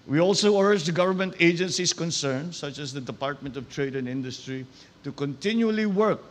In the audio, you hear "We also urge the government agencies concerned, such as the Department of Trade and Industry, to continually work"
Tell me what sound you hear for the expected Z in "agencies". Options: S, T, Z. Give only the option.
S